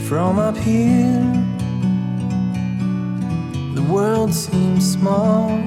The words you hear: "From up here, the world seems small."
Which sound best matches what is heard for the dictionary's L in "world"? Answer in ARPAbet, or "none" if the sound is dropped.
L